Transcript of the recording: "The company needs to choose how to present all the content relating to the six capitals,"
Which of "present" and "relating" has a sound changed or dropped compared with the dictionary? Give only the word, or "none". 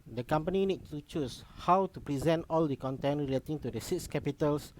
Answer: none